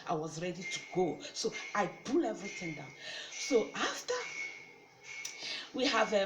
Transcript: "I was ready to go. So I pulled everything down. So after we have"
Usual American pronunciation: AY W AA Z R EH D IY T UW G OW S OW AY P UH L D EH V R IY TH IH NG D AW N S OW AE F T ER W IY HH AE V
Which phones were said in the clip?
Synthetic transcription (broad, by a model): AY W AA Z R EH D IY T UW G OW S OW AY B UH L EH V R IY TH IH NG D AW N S OW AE F T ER W IY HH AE V